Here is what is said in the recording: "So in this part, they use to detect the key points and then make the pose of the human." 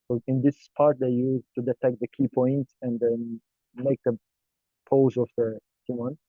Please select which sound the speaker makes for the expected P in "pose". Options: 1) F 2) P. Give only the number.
2